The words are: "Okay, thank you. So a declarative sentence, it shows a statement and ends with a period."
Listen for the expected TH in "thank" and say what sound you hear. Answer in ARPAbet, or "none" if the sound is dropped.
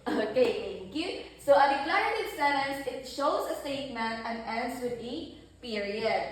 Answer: T